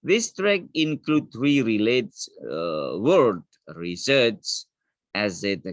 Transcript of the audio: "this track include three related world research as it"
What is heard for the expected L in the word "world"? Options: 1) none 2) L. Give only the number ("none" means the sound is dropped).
1